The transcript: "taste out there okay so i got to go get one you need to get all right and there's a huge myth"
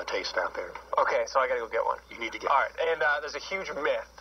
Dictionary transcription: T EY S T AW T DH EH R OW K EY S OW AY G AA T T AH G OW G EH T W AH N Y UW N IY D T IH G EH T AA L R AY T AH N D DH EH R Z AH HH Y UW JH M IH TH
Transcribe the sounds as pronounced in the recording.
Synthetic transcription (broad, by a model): T EY S T AW T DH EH R OW K EY S OW AY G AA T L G G EH T W AH N Y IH N IY D T IH G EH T AA L R AY T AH N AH DH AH R Z AH HH Y UW JH M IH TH